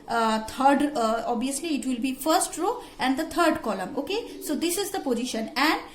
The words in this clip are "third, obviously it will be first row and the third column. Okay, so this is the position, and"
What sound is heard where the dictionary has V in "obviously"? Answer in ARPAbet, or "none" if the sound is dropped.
none